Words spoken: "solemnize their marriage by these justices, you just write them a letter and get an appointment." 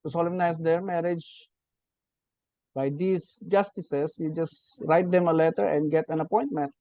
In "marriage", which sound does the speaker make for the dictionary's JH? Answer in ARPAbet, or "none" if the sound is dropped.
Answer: JH